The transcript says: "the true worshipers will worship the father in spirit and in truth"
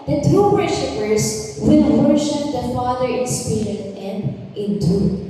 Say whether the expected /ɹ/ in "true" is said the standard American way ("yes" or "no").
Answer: no